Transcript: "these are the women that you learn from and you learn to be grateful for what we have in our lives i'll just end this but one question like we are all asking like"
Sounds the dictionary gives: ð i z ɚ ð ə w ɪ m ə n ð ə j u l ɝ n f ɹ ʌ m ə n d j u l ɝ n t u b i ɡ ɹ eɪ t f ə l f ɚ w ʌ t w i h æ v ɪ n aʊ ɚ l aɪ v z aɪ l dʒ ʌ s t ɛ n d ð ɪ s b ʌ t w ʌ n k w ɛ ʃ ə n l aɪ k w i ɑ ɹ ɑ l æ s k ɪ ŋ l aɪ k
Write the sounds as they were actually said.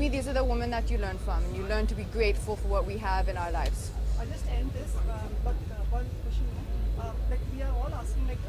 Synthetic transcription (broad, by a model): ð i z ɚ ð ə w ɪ m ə n ð ə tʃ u l ɝ n f ɹ ʌ m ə n j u l ɝ n t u b i ɡ ɹ eɪ t f ə l f ɚ w ʌ t w i h æ v ɪ n aʊ ɚ l aɪ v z aɪ dʒ ʌ s t ɛ n d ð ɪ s b ʌ t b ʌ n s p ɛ ʃ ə l l aɪ k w i ɑ ɹ ɑ l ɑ s k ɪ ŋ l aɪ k